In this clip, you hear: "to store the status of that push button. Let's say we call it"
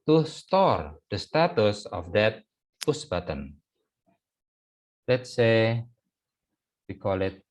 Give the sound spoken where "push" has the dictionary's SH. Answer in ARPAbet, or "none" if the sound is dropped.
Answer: S